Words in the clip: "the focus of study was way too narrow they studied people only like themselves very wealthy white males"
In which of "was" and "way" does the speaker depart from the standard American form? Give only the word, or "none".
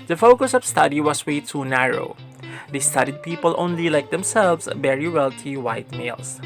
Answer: was